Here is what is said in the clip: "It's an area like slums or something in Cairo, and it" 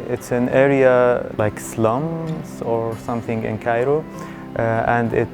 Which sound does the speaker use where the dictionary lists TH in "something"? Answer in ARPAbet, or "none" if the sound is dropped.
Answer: TH